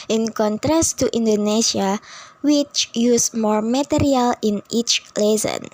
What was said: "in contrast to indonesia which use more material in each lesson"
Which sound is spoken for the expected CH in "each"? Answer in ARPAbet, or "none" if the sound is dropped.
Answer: CH